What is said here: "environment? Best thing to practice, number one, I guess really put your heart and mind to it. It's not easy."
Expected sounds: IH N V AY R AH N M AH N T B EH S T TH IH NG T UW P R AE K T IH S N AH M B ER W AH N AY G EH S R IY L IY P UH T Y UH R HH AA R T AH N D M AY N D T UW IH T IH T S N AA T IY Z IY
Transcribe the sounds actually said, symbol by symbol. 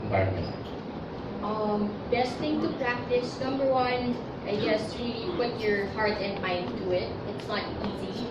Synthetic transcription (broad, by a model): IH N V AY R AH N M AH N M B EH S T TH IH NG T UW P R AE K T IH S N AH M B ER W AH N AY G EH S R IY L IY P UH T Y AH R HH AA R T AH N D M AY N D T UW IH T IH T S L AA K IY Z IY